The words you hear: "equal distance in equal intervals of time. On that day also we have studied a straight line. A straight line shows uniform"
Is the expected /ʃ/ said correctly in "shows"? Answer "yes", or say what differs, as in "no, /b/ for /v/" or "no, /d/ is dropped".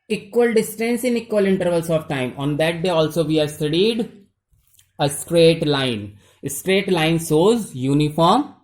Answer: no, /s/ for /ʃ/